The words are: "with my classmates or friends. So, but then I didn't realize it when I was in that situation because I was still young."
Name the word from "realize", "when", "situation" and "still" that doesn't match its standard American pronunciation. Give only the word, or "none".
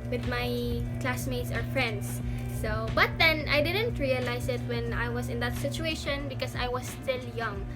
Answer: realize